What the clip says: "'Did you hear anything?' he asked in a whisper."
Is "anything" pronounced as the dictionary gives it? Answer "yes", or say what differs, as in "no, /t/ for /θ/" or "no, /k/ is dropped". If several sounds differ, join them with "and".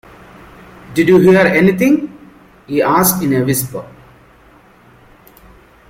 no, /t/ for /θ/